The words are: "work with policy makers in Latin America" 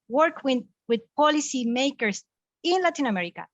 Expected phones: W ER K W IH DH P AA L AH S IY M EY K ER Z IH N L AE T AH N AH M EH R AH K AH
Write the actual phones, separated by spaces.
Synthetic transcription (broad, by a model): W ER K W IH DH P AA L AH S IY M EY K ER S IH N L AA T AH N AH M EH R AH K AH